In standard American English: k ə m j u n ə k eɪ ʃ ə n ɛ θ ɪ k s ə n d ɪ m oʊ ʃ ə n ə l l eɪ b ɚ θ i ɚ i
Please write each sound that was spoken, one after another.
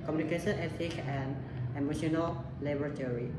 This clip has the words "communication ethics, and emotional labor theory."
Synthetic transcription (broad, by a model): k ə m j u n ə k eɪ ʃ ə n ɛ t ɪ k ə n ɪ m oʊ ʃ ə n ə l l eɪ b ɚ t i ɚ i